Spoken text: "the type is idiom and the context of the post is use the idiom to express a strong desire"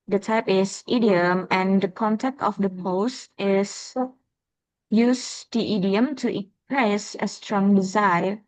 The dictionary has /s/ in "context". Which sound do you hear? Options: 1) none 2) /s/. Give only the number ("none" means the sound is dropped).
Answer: 1